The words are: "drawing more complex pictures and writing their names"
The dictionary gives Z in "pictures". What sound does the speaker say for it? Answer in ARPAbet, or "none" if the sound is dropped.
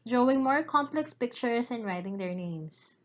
S